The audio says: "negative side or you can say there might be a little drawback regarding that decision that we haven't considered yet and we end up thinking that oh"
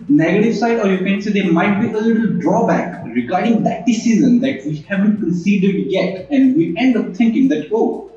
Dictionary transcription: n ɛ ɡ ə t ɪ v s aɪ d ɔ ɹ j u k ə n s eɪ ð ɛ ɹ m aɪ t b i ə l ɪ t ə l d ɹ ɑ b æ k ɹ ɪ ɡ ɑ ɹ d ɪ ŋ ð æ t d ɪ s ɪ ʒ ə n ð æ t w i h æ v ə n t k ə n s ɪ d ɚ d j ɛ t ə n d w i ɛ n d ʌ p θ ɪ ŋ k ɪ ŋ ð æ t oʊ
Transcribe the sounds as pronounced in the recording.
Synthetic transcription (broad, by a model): n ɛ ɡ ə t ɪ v s aɪ d ɔ ɹ j u k ə n s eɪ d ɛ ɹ m aɪ t b i ə l ɪ t ə l d ɹ ɑ b æ k ɹ ɪ ɡ ɑ ɹ d ɪ ŋ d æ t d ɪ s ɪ z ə n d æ t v i h æ v ə n t k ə n s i d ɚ d j ɛ t ə n d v i ɛ n d ʌ p t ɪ ŋ k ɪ ŋ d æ t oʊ